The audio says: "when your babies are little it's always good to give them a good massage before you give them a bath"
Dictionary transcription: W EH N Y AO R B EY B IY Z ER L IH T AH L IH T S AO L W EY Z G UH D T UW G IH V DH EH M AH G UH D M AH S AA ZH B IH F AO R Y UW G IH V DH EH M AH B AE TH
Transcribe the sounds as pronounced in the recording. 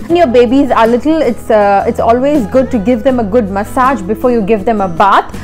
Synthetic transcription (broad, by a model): N Y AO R B EY B IY Z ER L IH T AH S IH T S AO L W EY Z G UH D T UW G IH V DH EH M AH G UH D M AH S AA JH B IH F AO R Y UW G IH V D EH M AH B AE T